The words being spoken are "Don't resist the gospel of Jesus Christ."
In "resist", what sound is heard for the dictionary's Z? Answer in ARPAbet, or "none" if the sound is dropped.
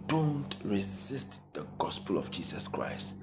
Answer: Z